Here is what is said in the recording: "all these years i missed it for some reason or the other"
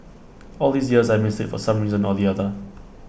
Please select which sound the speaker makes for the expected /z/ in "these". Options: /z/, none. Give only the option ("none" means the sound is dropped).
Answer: /z/